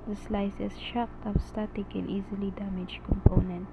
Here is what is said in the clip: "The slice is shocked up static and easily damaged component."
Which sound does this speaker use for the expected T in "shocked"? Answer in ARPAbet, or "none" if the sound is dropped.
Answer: T